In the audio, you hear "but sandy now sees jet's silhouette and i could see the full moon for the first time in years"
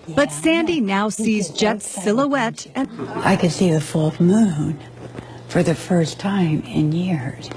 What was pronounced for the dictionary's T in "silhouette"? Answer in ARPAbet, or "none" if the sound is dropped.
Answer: T